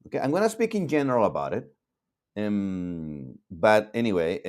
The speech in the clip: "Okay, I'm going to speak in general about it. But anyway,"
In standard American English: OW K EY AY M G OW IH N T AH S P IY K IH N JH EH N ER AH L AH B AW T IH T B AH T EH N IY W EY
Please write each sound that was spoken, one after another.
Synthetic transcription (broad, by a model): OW K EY AY M G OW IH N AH S P IY K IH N JH EH N ER L AH B AW T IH T B AH T EH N IY W EY